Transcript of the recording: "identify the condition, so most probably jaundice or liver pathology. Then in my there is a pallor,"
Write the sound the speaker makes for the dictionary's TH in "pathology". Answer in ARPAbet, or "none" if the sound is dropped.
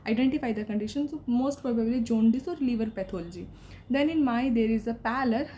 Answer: T